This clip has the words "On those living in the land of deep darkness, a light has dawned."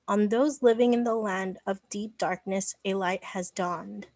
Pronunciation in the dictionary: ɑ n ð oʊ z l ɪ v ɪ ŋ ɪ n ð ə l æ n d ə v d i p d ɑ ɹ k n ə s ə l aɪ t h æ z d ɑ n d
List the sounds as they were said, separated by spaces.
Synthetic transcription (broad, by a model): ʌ n ð oʊ z l ɪ v ɪ ŋ ɪ n ð ə l æ n d ə v d i p d ɑ ɹ k n ə s ə l aɪ t h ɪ z d ɑ n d